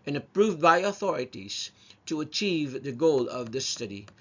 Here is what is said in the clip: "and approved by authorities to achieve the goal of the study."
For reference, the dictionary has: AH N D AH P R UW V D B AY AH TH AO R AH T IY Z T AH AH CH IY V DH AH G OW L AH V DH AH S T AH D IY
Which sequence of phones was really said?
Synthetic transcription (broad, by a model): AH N AH P R UW V D B AY AH TH AO R AH T IY Z T AH AH CH IY V DH AH G OW L AH V DH AH S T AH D IY